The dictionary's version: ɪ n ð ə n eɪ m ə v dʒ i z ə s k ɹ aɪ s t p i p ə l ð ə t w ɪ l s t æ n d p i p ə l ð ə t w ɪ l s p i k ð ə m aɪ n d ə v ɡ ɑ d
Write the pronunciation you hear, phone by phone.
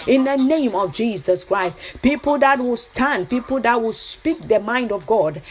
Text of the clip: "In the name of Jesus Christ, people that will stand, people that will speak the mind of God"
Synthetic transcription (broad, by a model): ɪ n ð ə n eɪ m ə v dʒ i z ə s k ɹ aɪ s t p i p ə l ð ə t w ɪ l s t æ n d p i p ə l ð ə t w ɪ l s p i k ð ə m aɪ n d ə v ɡ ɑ d